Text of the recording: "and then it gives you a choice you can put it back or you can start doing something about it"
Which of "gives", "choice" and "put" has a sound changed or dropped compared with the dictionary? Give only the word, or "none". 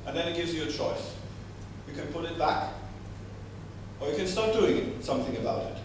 none